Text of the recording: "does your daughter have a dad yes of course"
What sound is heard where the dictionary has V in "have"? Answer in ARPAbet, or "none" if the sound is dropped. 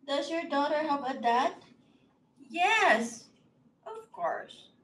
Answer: B